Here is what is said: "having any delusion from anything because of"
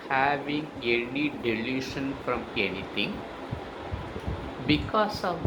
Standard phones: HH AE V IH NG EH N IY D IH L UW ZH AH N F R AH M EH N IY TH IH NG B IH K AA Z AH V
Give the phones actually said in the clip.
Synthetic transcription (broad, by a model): HH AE V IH NG EH N IY D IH L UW SH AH N F R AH M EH N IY T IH NG B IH K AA S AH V